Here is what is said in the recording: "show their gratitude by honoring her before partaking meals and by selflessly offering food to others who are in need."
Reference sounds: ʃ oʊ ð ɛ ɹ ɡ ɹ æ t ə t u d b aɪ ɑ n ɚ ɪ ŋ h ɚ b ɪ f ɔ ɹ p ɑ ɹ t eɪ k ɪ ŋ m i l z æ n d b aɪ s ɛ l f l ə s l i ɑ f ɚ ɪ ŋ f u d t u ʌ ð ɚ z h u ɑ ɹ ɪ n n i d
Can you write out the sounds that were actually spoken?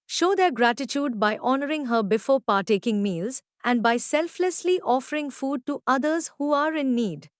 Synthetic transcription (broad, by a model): ʃ oʊ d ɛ ɹ ɡ ɹ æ t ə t u d b aɪ ɑ n ɚ ɪ ŋ h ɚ b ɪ f ɔ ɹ p ɑ ɹ t eɪ k ɪ ŋ m i l z æ n d b aɪ s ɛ l f l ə s l i ɑ f ɚ ɪ ŋ f u d t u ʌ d ɚ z h u ɑ ɹ ɪ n n i d